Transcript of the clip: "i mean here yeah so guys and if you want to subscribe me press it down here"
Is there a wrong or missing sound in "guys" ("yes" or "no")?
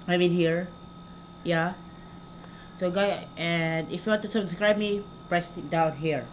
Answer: yes